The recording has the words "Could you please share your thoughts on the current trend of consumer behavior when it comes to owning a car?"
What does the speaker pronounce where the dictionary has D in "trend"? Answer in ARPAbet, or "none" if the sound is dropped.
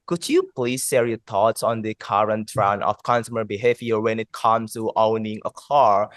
none